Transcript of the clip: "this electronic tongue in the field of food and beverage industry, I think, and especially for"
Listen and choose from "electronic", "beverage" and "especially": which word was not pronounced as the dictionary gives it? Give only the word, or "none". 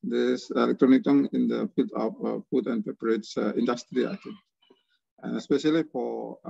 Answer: beverage